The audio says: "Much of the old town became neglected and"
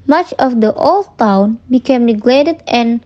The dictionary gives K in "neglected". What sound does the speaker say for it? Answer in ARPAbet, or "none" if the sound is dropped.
none